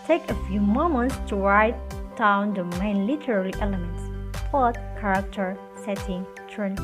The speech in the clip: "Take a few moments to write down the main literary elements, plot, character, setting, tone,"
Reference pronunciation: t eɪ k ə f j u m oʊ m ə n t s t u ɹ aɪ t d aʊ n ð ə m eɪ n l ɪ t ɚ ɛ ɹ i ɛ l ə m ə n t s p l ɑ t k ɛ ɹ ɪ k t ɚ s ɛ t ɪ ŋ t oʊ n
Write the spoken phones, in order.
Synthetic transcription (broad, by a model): t eɪ k ə f j u m oʊ m ə n t s t u ɹ aɪ t d aʊ n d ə m eɪ n l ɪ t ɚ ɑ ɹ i ɛ l ə m ə n t s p ɑ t k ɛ ɹ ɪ k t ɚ s ɛ t ɪ ŋ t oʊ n